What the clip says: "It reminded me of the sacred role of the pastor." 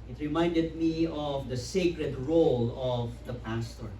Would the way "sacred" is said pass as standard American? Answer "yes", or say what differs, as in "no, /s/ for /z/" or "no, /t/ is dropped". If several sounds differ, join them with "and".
yes